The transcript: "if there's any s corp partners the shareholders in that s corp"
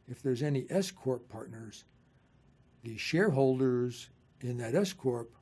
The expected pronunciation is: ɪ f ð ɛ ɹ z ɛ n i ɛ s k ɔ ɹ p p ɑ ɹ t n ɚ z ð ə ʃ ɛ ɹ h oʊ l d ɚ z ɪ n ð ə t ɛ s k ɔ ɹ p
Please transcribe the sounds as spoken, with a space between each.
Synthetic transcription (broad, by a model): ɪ f ð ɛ ɹ z ɛ n i ɛ s k ɔ ɹ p p ɑ ɹ t n ɚ z ð ə ʃ ɛ ɹ h oʊ l d ɚ z ɪ n ð ə t ɛ s k ɔ ɹ p